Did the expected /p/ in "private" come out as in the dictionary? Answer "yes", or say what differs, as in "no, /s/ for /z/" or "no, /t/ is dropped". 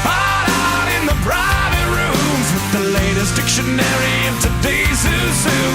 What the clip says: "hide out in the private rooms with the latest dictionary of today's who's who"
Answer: no, /b/ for /p/